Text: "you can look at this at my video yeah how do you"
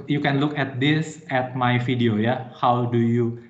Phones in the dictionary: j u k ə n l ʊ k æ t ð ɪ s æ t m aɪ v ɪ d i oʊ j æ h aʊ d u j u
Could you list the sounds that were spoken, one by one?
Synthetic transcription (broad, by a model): j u k ə n l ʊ k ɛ t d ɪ s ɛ t m aɪ f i d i oʊ j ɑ h aʊ d u j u